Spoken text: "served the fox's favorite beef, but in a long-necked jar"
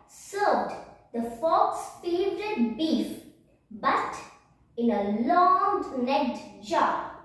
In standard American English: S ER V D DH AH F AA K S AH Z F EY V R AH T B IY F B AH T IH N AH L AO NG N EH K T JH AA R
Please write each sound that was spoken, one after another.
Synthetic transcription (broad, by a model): S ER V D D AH F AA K S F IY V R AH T B IY F B AH T IH N AH L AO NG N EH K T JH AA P